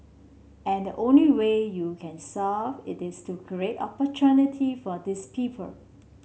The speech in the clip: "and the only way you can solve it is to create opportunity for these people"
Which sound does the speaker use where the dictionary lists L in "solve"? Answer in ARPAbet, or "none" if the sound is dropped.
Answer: none